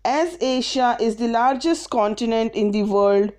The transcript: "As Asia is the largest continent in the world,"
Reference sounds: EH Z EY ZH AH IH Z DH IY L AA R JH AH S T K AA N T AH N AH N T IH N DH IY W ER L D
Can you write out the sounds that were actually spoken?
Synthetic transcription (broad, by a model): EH Z EY SH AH IH Z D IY L AA R JH AH S T K AA N T AH N AH N T IH N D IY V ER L D